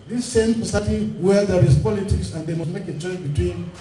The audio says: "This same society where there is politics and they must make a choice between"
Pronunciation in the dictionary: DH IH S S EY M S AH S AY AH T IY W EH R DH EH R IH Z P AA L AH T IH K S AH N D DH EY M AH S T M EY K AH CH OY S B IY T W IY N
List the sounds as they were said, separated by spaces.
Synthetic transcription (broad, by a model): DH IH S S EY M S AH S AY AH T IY W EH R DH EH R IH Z P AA L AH T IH K S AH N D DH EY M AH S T M EY K AH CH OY B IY T W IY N